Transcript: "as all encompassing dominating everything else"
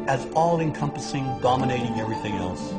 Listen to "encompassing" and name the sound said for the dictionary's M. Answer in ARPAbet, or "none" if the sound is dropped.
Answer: M